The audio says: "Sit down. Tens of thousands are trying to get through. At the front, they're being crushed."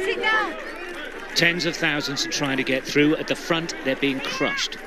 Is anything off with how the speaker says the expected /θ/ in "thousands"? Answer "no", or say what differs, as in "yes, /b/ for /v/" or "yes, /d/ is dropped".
no